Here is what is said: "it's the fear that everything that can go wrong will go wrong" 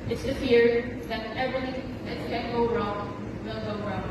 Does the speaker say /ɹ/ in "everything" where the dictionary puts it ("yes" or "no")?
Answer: no